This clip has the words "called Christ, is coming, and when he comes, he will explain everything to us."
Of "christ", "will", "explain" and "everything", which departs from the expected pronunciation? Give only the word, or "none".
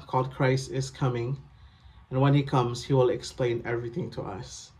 christ